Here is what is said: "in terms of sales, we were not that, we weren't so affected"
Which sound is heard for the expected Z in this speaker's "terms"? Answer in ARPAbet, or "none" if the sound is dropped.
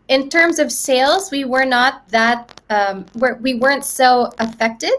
Z